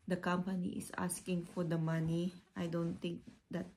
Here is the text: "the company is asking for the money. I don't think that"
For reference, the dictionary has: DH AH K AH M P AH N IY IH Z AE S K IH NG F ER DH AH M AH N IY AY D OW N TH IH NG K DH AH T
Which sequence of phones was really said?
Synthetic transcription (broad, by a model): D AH K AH M P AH N IY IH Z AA S K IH NG F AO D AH M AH N IY AY D OW N T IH NG K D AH T